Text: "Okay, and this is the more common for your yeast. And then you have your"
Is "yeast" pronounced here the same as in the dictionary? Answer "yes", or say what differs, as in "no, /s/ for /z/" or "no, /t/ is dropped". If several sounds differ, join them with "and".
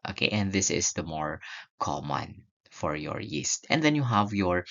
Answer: yes